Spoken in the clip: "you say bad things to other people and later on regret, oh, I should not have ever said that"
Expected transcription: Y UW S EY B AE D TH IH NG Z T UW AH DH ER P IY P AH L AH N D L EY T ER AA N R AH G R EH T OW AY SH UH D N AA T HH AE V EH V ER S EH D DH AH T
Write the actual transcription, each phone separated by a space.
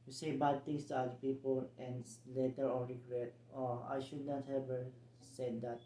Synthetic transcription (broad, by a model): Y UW S EY B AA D T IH NG S T UW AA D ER P IY P AH L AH N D L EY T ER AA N R AH G R EH T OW AY SH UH D N AA T HH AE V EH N S EH D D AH T